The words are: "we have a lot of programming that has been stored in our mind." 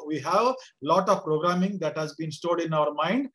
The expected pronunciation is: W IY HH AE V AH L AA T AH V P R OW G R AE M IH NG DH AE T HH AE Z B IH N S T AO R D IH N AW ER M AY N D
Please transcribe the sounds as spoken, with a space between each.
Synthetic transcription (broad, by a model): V IY HH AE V L AA T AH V P R OW G R AE M IH NG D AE T HH AE Z B IH N S T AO L D IH N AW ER M AY N D